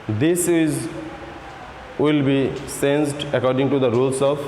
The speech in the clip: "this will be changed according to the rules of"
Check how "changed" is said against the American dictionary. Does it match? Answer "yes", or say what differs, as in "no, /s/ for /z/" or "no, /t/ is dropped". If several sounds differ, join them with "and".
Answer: no, /s/ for /tʃ/